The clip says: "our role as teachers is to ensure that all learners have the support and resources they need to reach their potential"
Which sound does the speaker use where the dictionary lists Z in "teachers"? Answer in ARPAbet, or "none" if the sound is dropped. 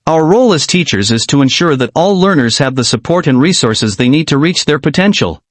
Z